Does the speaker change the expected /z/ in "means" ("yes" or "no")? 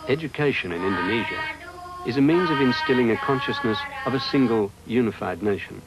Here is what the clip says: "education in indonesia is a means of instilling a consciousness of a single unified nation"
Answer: no